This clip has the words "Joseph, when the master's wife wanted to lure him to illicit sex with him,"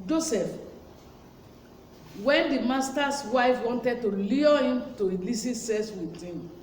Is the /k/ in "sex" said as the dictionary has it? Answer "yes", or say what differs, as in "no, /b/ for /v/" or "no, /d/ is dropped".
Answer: no, /k/ is dropped